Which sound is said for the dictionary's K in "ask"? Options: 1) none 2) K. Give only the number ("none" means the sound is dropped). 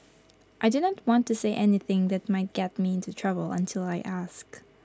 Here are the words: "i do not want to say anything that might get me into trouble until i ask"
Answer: 2